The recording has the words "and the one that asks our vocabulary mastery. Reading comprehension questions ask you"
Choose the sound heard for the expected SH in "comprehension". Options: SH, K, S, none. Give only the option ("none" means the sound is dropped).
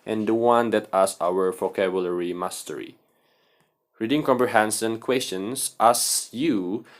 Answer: S